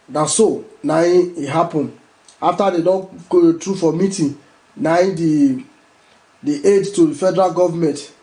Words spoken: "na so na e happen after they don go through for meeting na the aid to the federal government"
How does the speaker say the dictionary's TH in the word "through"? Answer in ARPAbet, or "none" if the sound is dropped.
T